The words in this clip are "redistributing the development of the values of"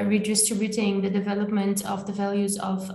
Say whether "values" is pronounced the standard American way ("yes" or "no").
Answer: yes